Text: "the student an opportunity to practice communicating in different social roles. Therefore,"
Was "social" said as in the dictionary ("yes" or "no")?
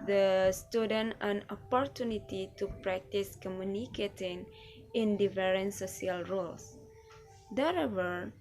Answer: no